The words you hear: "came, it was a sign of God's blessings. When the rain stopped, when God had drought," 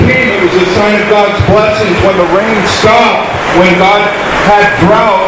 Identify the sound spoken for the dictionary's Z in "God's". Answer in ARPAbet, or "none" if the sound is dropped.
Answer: Z